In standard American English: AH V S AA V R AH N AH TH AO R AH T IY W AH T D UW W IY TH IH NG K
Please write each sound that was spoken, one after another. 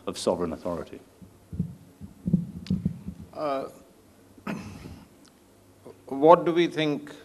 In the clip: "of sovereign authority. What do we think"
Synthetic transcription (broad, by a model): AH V S AA V R AH N AH TH AO R AH T IY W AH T D UW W IY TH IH NG K